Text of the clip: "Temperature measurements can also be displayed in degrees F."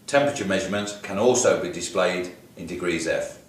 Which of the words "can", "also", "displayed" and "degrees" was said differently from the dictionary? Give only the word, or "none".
none